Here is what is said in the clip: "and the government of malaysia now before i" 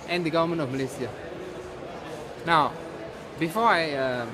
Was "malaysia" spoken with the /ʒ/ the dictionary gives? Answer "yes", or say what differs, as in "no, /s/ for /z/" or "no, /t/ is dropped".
no, /s/ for /ʒ/